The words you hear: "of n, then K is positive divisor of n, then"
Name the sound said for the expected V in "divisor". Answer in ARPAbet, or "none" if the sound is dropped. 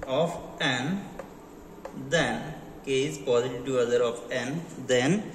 none